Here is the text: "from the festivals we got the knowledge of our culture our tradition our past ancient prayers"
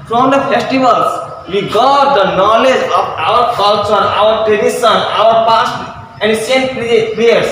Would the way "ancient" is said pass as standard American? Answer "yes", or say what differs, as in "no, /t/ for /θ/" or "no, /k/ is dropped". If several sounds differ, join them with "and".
no, /s/ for /ʃ/